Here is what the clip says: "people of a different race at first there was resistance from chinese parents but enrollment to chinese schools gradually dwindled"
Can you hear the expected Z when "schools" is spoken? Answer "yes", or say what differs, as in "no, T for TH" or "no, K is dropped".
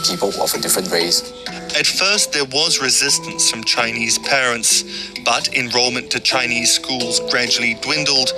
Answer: yes